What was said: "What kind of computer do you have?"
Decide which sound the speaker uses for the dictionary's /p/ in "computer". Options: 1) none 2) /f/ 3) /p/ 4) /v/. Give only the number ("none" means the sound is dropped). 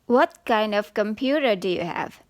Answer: 3